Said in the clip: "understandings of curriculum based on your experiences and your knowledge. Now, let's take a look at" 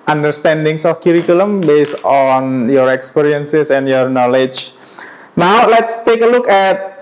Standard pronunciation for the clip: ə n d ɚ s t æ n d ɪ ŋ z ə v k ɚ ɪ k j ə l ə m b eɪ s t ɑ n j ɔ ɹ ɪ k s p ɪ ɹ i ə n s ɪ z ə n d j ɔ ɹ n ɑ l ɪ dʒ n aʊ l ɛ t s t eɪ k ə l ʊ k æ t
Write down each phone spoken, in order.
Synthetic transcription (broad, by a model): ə n d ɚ s t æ n d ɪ ŋ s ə f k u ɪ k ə l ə m b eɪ s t ɑ n j ɔ ɹ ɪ k s p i ɹ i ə n s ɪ s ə n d j ɔ ɹ n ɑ l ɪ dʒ n aʊ l ɛ t s t eɪ k ə l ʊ k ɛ t